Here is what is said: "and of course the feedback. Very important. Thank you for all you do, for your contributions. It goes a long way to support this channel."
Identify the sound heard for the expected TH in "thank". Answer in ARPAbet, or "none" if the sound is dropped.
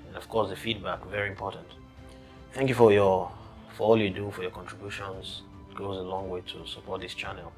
TH